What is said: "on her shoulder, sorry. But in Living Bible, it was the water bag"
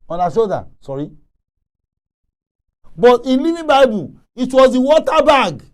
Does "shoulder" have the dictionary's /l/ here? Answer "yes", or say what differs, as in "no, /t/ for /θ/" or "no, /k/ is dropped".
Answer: no, /l/ is dropped